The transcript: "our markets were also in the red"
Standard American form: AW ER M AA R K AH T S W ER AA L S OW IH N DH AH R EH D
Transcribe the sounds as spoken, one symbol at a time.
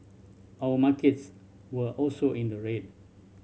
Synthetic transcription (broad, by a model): AW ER M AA K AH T S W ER AA L S OW IH N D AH R EH D